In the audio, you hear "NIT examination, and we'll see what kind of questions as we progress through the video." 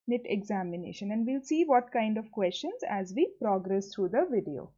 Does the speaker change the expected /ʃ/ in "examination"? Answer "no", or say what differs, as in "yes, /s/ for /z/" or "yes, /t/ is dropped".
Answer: no